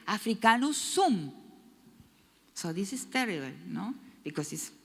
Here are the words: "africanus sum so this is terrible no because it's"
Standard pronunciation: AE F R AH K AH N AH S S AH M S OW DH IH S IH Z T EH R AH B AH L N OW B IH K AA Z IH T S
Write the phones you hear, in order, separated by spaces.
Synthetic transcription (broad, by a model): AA F R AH K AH N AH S S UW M S OW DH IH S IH S T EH R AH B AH L N OW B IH K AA S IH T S